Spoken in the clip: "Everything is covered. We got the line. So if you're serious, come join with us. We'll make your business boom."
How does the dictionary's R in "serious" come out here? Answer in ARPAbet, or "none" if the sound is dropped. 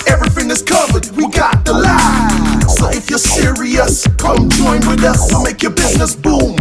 R